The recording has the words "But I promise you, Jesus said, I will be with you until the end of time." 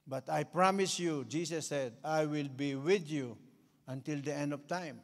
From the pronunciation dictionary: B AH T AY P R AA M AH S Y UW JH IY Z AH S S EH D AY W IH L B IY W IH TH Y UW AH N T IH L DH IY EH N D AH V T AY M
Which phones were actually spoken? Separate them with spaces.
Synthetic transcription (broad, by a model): B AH T AY P R AA M AH S Y UW JH IY S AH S S EH D AY W IH L B IY W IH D Y UW AH N T IH L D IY EH N D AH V T AY M